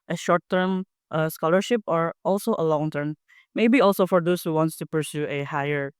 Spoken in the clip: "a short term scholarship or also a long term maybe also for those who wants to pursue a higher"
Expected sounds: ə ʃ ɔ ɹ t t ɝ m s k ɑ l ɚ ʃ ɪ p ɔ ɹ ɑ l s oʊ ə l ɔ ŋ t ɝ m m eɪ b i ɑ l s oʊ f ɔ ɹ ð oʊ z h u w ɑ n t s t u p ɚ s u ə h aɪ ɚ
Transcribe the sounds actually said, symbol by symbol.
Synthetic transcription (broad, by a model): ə ʃ ɔ ɹ t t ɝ m s k ɑ l ɚ ʃ ɪ p ɔ ɹ ɑ l s oʊ ə l ɔ ŋ t ɝ m m eɪ b i ɑ l s oʊ f ɔ ɹ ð oʊ s h u w ɑ n t s t u p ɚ s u ə h aɪ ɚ